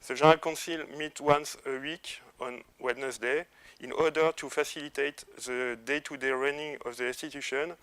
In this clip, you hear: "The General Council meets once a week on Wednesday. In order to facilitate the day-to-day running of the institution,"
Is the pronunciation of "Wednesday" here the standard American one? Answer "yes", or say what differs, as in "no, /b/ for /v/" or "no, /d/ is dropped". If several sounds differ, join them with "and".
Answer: no, /s/ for /z/